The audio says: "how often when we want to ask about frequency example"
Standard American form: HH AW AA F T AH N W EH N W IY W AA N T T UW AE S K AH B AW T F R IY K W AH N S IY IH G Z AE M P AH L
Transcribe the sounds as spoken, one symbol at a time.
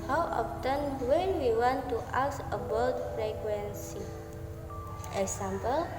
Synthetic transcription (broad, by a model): HH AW AA F T AH N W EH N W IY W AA N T T UW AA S AH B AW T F R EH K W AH N S IY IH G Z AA M P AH L